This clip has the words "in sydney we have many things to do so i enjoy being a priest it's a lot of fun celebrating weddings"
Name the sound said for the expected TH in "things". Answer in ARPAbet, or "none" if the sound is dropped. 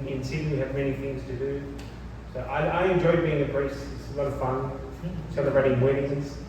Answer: TH